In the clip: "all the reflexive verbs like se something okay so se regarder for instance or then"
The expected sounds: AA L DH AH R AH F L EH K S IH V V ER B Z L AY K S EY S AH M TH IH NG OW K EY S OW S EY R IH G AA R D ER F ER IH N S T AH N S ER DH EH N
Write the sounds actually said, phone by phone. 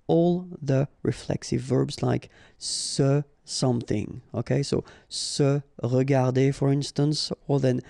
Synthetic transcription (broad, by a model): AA L DH AH R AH F L EH K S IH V V ER B Z L AY K S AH S AH M TH IH NG OW K EY S OW S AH R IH G AA R D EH F ER IH N S T AH N S ER DH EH N